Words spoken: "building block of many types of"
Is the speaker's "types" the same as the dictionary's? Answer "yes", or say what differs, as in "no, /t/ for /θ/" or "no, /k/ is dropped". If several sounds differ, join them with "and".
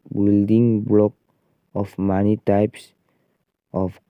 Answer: yes